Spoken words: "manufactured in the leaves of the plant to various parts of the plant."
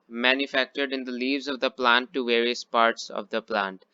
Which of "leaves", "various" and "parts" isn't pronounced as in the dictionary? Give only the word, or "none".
none